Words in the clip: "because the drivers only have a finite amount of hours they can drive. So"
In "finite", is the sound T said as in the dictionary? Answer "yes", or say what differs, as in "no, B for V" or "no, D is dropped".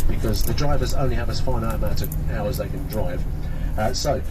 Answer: no, T is dropped